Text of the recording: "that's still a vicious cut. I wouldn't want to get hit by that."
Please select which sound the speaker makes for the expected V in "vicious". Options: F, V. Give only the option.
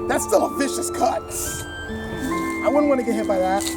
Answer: V